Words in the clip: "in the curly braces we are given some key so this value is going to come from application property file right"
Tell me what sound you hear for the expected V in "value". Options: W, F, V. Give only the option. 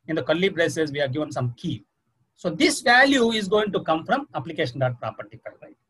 V